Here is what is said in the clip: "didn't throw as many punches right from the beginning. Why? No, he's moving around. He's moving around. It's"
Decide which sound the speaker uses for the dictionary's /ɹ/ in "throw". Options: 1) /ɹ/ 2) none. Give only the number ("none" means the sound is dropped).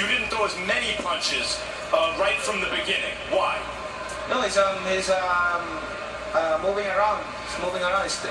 2